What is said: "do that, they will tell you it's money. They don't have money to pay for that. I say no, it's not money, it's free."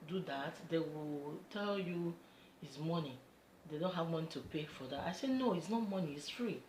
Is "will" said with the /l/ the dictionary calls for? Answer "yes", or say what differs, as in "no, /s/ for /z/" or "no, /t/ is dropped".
yes